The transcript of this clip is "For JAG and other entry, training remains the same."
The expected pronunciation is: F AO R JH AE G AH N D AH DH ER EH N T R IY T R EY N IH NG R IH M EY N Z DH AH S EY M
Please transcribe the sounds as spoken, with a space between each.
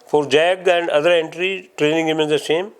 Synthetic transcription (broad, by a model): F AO R JH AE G AH N D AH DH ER EH N T R IY T R EY N IH NG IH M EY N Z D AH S EY M